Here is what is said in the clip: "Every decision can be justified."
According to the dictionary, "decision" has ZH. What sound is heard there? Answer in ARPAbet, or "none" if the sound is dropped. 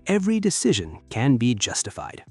ZH